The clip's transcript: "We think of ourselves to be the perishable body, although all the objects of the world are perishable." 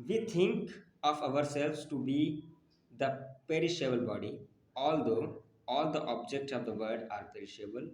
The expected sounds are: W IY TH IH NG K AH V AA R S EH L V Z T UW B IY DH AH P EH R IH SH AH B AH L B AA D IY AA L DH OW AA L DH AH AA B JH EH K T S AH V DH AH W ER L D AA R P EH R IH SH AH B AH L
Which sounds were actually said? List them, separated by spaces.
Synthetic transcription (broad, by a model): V IY T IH NG K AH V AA R S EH L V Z T UW B IY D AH P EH R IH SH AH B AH L B AA D IY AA L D OW AA L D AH AA B JH EH K T S AH V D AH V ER D AA R P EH R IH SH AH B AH L